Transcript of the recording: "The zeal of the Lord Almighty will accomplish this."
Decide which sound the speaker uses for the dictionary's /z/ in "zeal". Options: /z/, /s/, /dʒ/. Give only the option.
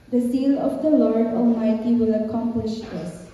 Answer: /s/